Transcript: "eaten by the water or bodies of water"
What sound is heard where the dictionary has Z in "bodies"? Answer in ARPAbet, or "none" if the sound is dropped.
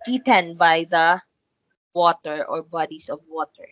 S